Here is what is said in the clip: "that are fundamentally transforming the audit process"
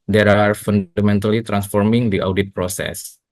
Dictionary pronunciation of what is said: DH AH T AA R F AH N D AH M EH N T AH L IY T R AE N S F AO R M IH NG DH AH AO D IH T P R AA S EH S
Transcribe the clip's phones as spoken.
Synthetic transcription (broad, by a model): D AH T AA R F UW N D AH M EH N T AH L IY T R AE N S F AO R M IH NG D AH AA D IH T P R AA S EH S